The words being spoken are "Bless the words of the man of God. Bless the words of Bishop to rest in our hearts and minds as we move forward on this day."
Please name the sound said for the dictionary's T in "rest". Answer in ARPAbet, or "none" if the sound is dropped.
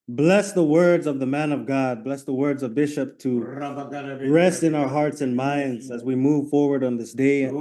T